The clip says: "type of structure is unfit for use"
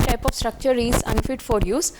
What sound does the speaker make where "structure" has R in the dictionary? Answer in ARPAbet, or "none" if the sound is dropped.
R